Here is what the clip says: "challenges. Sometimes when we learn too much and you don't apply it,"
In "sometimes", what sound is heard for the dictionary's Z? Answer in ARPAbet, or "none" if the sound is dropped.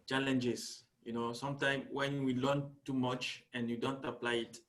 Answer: none